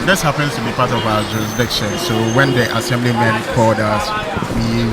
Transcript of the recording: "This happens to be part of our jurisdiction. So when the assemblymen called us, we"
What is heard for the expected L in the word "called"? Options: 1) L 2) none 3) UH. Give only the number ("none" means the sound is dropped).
2